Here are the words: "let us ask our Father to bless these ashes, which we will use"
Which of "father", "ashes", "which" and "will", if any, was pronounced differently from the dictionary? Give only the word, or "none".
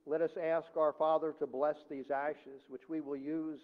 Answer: none